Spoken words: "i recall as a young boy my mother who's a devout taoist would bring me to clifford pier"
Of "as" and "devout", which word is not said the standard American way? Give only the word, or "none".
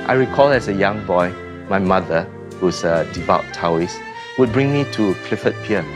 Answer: as